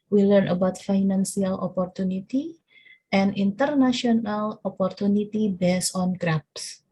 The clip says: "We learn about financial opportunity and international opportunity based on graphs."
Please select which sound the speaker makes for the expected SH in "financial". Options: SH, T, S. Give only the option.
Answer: S